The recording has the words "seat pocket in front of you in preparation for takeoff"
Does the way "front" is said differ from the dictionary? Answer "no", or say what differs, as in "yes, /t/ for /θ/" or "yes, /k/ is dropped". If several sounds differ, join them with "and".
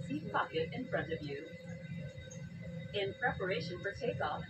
no